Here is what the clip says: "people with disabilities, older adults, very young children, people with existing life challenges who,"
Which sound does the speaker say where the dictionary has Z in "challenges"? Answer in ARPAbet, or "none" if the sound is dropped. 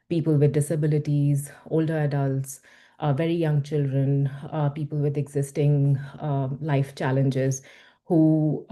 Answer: Z